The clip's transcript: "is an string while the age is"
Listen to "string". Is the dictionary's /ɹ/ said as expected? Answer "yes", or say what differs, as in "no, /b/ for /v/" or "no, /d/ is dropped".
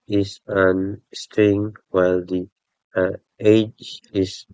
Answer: no, /ɹ/ is dropped